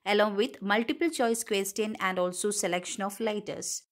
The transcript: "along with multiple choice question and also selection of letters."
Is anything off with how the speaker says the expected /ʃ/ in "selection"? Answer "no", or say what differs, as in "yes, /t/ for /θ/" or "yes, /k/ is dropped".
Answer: no